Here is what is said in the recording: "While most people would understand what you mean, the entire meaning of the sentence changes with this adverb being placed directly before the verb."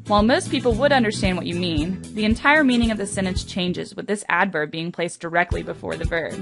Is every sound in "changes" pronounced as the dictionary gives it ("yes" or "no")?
yes